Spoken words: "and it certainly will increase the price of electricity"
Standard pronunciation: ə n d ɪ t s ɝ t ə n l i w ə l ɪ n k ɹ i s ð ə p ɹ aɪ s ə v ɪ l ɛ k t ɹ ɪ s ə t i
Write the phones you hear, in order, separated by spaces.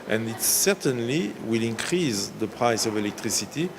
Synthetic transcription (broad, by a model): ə n d ɪ t s ɝ t ə n l i w ə l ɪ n k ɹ i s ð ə p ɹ aɪ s ə v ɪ l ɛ k t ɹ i s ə t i